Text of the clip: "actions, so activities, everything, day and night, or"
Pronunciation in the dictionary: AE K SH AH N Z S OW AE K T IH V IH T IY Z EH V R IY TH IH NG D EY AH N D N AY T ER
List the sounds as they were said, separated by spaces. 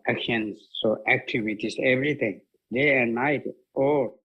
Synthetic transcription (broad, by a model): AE K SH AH N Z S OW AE K T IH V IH T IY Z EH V R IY T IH NG D EY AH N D N AY T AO